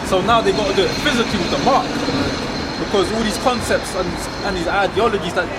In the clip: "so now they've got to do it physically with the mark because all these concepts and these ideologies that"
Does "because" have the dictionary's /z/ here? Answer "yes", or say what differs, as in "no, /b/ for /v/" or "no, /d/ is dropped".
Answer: yes